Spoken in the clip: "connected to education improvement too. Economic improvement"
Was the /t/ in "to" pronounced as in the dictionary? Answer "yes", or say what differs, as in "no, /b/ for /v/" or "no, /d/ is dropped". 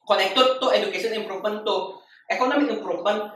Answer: yes